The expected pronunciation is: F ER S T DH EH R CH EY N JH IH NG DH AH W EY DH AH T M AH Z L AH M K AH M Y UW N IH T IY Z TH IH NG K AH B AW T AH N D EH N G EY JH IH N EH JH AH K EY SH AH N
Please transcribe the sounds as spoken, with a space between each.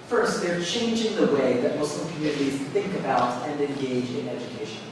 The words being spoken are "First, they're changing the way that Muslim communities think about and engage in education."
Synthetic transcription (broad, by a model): F ER S T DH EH R CH EY N JH IH NG DH AH W EY DH AH T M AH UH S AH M K AH M Y UW N IH T IY Z TH IH NG K AH B AW T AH N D EH N G EY JH IH N EH JH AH K EY SH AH N